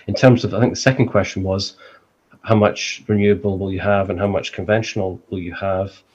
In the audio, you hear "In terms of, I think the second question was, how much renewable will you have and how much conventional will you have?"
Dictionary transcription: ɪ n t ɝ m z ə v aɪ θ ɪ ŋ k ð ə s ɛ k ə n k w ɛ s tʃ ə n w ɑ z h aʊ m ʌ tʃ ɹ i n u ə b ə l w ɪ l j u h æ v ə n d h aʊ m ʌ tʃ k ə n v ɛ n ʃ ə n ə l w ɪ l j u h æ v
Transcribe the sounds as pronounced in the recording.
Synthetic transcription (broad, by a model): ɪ n t ɝ m z ə v aɪ θ ɪ ŋ k ð ə s ɛ k ə n k w ɛ s tʃ ə n w ɑ z h aʊ m ʌ tʃ ɹ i n u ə b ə l w ɪ l j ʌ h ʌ v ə n h aʊ m ʌ tʃ k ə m v ɛ n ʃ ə n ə l w ɪ l j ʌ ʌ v